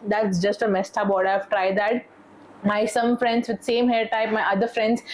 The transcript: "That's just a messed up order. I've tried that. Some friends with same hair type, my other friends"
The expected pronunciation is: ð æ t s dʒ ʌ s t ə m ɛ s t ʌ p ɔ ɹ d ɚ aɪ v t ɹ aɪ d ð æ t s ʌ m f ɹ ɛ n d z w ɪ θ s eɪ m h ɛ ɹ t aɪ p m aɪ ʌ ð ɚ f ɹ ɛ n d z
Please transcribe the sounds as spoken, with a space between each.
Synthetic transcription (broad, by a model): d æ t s dʒ ʌ s t ə m ɛ s t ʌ b ɔ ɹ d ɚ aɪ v t ɹ aɪ d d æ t s ʌ m f ɹ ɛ n d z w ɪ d s eɪ m h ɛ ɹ t aɪ p m aɪ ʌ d ɚ f ɹ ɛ n d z